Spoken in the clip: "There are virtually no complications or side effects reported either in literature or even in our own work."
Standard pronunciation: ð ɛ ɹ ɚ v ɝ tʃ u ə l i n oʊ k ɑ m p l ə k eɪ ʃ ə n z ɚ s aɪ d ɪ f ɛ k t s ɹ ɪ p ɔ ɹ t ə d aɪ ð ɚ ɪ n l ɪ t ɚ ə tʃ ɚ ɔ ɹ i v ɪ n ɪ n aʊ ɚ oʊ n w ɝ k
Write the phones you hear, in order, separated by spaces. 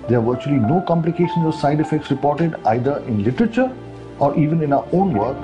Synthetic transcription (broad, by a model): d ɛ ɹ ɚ v ɝ tʃ u ə l i n oʊ k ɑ m p l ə k eɪ ʃ ə n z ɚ s aɪ d ɪ f ɛ k t s ɹ ɪ p ɔ ɹ t ə d aɪ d ɚ ɪ n l ɪ t ɚ ə tʃ ɚ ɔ ɹ i v ɪ n ɪ n aʊ ɚ oʊ n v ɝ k